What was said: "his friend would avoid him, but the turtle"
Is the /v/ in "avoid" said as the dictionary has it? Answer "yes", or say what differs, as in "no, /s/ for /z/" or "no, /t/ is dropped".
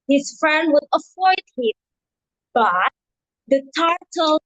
no, /f/ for /v/